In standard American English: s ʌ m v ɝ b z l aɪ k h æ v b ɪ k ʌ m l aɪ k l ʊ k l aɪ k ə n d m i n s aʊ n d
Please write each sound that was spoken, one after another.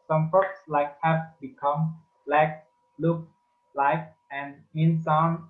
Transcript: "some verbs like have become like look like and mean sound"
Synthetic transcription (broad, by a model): s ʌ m f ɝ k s l aɪ k h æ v b ɪ k ʌ m l aɪ k l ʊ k l aɪ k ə n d m i n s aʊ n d